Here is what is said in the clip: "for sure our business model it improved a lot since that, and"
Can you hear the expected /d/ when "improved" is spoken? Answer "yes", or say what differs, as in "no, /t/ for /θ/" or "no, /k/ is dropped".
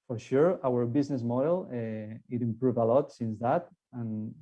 no, /d/ is dropped